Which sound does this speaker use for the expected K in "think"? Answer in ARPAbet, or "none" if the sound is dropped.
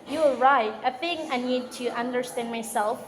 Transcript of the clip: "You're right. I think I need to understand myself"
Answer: none